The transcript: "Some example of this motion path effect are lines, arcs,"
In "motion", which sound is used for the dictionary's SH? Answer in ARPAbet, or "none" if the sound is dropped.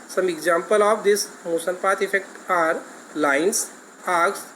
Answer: S